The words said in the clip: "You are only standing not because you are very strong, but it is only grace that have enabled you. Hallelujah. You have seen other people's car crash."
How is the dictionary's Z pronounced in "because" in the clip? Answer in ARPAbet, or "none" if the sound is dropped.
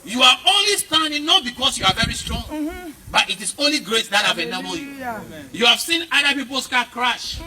S